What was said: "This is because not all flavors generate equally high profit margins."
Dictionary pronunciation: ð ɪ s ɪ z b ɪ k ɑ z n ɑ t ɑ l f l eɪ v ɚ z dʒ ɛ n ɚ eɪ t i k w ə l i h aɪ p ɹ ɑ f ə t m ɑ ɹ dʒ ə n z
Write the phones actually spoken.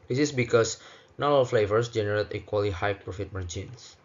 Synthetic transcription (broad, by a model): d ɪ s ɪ s b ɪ k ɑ s n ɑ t ɑ l f l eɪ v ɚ s dʒ ɛ n ɚ eɪ t i k w ə l i h aɪ p ɹ ɑ f ə t m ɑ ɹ dʒ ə n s